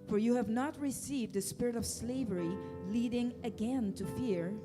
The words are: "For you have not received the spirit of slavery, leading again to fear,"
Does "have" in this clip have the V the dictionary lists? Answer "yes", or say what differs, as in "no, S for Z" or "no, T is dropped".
yes